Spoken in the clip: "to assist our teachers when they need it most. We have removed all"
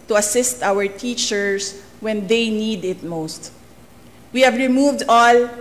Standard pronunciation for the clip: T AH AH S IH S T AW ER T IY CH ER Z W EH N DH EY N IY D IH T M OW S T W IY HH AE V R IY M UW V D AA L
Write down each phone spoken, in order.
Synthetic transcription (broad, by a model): T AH AH S IH S T AW ER T IY CH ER S W EH N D EY N IY D IH T M OW S T W IY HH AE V R IY M UW V D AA L